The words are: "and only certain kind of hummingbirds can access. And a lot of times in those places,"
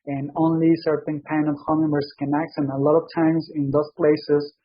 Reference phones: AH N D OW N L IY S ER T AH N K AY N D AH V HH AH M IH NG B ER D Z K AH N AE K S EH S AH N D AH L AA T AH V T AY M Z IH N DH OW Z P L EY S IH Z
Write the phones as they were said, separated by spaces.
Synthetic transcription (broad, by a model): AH N OW N L IY S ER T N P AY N AH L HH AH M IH B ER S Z K AH N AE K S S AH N AH L AA T AH V T AY M Z IH N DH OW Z P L EY S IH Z